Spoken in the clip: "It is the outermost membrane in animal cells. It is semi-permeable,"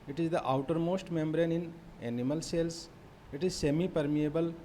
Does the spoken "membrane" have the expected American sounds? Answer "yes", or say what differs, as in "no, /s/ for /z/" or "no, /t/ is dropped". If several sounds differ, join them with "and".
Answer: yes